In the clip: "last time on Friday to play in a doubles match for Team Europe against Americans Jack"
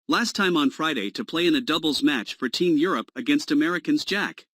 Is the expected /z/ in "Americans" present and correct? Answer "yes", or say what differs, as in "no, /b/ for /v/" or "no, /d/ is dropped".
yes